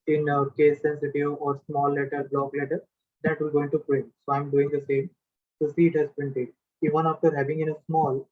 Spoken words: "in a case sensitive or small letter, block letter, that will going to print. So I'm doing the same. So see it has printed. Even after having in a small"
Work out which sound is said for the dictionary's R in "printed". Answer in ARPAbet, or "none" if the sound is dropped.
none